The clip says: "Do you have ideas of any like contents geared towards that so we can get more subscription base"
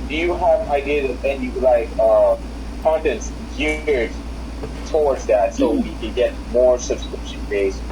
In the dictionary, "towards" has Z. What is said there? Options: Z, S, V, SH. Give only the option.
Z